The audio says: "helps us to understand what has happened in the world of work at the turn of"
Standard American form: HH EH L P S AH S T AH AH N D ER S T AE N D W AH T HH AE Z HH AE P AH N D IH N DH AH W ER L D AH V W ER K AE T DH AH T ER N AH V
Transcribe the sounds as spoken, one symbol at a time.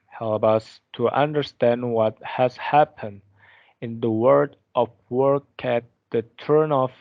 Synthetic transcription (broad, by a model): HH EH L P AH S T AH AH N D ER S T AE N D W AH T HH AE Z HH AE P AH N D IH N DH AH W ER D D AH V W ER K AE T DH AH T ER N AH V